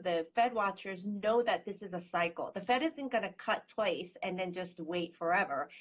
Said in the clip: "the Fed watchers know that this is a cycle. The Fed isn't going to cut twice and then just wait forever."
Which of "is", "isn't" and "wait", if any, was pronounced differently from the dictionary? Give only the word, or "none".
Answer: none